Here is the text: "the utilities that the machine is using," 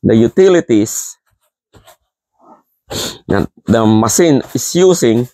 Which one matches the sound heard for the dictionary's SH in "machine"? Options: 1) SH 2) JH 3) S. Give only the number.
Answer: 3